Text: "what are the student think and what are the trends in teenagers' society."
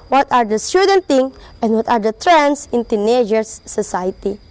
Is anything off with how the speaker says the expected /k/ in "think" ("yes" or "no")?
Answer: yes